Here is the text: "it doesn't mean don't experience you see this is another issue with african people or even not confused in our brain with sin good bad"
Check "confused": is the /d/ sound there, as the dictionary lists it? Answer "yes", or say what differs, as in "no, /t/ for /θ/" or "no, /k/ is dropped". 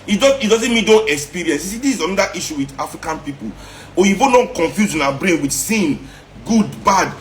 no, /d/ is dropped